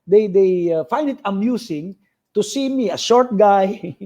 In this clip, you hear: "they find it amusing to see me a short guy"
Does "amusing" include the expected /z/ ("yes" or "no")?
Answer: no